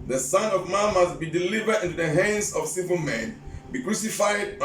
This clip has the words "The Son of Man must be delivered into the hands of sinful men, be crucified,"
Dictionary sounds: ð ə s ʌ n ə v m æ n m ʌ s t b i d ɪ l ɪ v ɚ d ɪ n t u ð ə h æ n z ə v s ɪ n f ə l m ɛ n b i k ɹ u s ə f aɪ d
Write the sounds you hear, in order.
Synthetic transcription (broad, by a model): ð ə s ʌ n ə v m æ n m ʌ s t b i d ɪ l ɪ v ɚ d ɪ n t u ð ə h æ n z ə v s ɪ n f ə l m ɛ n b i k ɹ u s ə f aɪ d